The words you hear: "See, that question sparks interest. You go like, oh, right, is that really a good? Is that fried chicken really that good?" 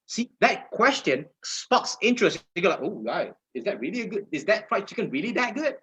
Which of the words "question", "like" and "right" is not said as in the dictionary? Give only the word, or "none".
right